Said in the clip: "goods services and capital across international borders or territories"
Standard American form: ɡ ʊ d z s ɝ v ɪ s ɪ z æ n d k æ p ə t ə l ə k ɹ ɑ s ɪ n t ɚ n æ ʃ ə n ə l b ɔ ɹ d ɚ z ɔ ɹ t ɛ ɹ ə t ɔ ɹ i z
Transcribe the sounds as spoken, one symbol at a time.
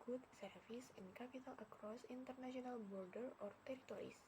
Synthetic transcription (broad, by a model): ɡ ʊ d s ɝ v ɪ s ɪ n k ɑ p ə t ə l ə k ɹ ɑ s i n t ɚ n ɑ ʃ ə n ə l b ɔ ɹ d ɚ ɔ ɹ t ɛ ɹ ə t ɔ ɹ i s